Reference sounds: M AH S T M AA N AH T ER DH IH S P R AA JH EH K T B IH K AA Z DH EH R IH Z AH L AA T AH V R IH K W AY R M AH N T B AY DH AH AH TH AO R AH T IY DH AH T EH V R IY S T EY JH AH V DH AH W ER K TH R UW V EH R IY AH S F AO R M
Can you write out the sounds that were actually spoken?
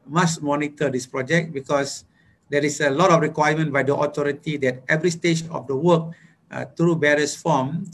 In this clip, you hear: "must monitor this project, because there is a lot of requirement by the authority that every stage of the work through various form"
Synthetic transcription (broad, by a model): M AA S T M AA N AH T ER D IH S P R AA JH EH K T B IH K AA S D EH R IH S AH L AA T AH F R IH K W AY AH M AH N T B AY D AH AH T AO R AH T IY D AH T EH V R IY S T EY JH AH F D AH W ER K T R UW B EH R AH S F AO M